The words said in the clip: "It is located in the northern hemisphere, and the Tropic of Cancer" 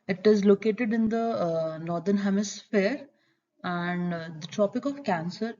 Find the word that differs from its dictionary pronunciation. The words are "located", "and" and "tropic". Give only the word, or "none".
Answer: none